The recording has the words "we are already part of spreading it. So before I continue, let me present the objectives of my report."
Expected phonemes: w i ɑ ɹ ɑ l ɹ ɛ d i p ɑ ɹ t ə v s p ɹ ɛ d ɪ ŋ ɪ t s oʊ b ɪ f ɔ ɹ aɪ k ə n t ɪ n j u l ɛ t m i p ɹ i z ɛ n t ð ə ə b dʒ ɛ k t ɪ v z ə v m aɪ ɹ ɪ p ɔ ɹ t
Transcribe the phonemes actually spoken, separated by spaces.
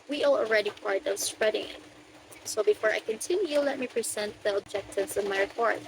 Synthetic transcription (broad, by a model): w i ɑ l ɑ l ɹ ɛ d i p ɑ ɹ t ə v s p ɹ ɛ d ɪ ŋ ɪ t s oʊ b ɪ f ɔ ɹ aɪ k ə n t ɪ n j u l ɛ t m i p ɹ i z ɛ n t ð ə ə b dʒ ɛ k t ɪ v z ə v m aɪ ɹ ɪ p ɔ ɹ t